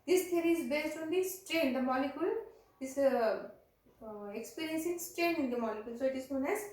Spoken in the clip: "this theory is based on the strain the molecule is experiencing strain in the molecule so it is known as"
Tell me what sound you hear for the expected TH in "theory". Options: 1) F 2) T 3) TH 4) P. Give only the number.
2